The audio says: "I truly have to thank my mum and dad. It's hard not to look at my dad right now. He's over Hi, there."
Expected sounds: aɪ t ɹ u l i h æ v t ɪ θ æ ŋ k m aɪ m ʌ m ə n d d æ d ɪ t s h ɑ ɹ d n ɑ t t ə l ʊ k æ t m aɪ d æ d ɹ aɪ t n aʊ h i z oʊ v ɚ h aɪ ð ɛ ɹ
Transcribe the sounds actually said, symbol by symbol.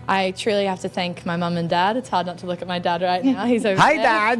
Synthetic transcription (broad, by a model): aɪ t ɹ u l i h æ f t ɪ θ æ ŋ k m aɪ m ʌ m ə n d d æ d ɪ t s h ɑ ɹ d n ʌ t t ə l ʊ k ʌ t m aɪ d æ d ɹ aɪ t n aʊ h i z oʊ ʊ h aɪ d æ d